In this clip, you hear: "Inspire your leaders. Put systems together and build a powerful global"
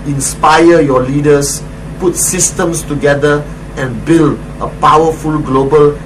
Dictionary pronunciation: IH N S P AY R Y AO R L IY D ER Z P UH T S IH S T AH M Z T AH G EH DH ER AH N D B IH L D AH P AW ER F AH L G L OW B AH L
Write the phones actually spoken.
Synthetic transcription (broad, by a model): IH N S P AY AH Y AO L IY D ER S P UH T S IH S T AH M S T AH G EH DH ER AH N B IH L D AH P AW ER F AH L G L OW B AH L